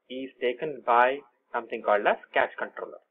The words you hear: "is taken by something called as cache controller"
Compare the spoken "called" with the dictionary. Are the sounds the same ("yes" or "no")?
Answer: yes